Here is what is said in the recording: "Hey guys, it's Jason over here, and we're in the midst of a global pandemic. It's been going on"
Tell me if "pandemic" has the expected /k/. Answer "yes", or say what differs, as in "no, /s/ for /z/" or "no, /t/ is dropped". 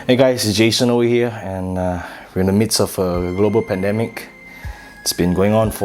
yes